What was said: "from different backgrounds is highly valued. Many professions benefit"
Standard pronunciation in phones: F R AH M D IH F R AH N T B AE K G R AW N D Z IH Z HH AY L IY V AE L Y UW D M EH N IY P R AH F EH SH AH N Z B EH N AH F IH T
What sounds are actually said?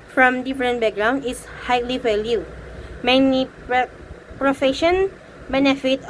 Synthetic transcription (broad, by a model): F R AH M D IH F R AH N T B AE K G R AW N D IH S HH AY L IY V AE L Y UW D M EH N IY P R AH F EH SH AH N B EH N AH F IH T